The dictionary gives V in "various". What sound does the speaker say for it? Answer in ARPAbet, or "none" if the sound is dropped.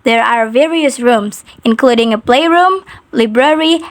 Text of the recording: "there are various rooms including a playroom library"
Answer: V